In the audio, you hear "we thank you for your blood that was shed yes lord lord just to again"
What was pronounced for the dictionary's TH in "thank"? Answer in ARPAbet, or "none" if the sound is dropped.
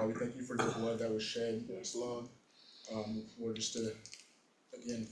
TH